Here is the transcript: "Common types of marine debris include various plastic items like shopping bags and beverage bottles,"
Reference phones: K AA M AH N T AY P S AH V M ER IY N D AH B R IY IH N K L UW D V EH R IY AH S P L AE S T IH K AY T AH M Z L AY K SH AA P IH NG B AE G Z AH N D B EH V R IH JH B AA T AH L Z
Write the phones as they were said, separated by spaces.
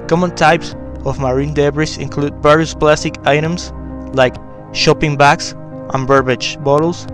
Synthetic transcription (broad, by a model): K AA M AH N T AY P S AH V M ER IY N D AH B R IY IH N K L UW D B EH R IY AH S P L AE S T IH K AY T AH M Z L AY K SH AA P IH NG B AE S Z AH N B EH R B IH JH B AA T L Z